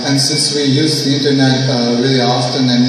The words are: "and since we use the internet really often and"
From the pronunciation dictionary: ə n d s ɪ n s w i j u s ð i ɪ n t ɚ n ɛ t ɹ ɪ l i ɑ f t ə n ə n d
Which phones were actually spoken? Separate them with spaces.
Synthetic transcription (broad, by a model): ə n s ɪ n s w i j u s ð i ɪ n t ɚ n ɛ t w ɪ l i ɑ f t ə n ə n